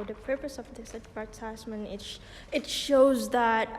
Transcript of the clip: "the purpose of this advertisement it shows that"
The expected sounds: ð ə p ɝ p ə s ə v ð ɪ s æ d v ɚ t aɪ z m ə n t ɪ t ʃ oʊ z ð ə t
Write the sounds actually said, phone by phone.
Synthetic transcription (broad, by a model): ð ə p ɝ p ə s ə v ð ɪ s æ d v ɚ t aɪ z m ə n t ɪ t ʃ oʊ z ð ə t